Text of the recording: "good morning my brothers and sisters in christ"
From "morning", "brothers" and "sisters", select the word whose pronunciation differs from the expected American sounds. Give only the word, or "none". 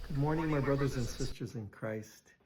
none